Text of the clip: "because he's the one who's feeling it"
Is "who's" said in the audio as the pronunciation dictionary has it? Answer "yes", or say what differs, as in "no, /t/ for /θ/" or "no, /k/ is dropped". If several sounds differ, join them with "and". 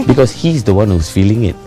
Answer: no, /s/ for /z/